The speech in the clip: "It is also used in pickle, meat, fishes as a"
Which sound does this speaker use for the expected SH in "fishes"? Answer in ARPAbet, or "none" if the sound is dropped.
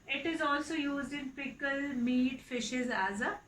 SH